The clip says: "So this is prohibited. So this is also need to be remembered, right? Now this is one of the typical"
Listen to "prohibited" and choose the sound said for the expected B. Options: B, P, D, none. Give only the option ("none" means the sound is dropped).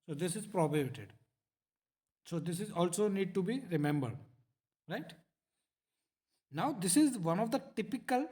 none